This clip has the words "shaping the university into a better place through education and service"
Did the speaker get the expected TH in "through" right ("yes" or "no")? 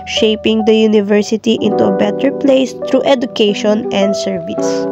no